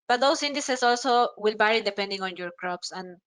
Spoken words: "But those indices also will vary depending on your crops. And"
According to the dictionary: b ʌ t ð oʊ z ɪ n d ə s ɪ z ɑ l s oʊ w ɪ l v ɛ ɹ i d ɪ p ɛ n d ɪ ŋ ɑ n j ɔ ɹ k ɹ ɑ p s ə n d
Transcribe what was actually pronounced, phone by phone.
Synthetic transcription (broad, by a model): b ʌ t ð oʊ s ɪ n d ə s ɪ s ɑ l s oʊ w ɪ l b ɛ ɹ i d ɪ p ɛ n d ɪ ŋ ɑ n j ɔ ɹ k ɹ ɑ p s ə n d